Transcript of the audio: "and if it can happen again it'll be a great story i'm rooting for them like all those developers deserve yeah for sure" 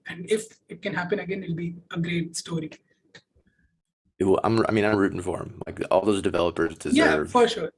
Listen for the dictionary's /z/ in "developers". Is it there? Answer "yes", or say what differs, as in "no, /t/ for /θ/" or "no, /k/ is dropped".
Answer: yes